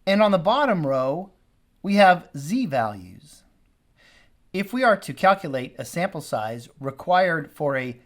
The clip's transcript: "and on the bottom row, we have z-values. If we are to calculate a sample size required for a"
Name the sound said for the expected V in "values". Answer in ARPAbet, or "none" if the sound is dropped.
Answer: V